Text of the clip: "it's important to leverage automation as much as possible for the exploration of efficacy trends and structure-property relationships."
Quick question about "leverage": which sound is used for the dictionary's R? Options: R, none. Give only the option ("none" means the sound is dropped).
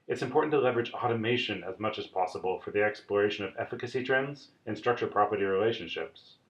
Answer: R